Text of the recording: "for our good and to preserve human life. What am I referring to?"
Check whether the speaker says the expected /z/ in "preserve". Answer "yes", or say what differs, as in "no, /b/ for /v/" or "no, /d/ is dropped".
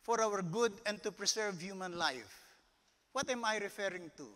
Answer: no, /s/ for /z/